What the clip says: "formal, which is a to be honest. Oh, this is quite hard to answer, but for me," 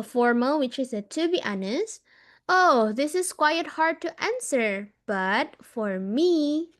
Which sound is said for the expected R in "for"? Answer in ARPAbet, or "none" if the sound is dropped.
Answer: R